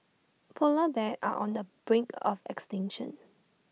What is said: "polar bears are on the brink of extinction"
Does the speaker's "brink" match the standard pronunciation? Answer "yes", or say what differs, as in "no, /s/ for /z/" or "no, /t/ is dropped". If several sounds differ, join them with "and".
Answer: yes